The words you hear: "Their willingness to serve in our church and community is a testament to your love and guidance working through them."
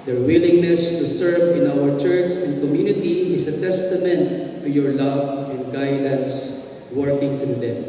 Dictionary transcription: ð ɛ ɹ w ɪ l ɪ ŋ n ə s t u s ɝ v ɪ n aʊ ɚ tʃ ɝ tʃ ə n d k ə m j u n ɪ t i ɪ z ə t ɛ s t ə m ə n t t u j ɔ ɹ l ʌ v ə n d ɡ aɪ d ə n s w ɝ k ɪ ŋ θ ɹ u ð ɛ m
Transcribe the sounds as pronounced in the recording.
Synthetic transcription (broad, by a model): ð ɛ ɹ w ɪ l ɪ ŋ n ə s t u s ɝ v ɪ n aʊ ɚ tʃ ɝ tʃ ə n d k ə m j u n ɪ t i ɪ s ə t ɛ s t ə m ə n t t u j ɔ ɹ l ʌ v ə n d ɡ aɪ d ə n s w ɝ k ɪ ŋ t ɹ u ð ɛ m